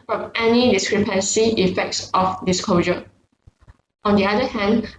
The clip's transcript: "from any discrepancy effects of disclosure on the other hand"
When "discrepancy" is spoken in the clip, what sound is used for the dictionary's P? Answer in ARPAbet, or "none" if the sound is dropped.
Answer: P